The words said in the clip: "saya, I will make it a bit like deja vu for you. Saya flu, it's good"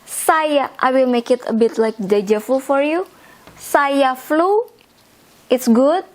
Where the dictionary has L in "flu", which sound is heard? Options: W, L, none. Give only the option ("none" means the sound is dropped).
L